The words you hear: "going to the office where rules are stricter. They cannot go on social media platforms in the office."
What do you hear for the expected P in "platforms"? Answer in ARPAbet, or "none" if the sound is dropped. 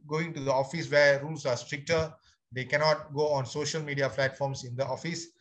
F